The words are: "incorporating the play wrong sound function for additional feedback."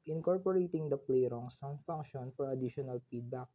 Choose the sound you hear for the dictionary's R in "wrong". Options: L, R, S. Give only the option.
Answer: R